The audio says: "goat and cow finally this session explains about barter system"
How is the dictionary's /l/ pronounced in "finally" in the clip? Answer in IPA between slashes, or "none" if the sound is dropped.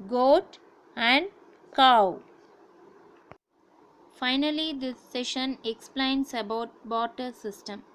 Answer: /l/